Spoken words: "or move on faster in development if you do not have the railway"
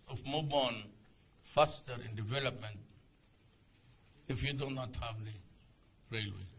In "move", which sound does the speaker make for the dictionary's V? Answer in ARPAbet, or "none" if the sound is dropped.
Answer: B